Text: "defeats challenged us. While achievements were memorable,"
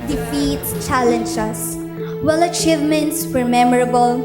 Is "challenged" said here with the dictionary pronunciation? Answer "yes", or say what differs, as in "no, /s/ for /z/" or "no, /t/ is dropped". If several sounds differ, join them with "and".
no, /d/ is dropped